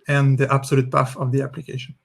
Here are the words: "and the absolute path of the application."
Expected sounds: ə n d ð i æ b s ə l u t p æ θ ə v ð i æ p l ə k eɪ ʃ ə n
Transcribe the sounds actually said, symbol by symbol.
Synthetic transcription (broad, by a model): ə n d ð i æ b s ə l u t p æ f ə v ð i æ p l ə k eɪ ʃ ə n